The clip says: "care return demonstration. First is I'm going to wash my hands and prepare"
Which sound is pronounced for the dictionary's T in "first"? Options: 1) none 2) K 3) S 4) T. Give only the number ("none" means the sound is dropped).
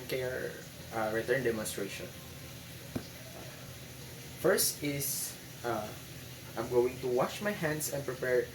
4